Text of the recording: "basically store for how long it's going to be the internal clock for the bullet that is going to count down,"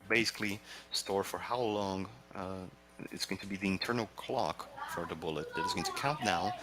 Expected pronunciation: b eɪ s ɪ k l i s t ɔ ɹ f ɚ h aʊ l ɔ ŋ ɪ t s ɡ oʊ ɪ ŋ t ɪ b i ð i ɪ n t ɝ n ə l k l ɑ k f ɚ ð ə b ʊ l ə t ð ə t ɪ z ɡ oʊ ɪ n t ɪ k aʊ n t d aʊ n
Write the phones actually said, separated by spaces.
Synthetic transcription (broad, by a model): b eɪ s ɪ k l i s t ɔ ɹ f ɚ h aʊ l ɔ ŋ ɪ t s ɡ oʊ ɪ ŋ t ɪ b i ð i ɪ n t ɝ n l k l ɑ k f ɚ ð ə b ʊ l ə t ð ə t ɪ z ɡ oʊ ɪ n t ɪ k aʊ n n aʊ